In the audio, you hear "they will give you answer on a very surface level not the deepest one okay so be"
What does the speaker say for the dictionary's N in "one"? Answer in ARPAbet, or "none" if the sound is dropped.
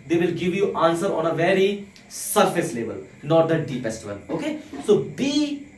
L